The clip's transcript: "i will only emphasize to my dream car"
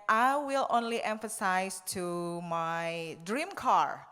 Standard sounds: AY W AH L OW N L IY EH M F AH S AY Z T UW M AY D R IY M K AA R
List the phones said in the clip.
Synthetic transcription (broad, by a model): AY W AH L OW N L IY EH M F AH S AY S T UW M AY D R IY M K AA R